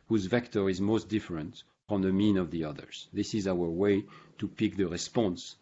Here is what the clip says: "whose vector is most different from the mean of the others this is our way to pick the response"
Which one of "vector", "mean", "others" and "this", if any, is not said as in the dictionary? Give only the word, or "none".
none